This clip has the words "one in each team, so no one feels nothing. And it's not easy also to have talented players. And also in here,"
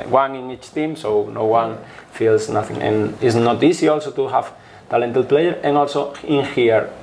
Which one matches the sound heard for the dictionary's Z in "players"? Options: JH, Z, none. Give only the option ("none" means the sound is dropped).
none